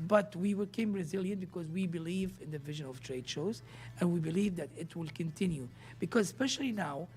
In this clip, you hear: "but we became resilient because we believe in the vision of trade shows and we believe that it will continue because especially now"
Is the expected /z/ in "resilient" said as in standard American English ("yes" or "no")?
yes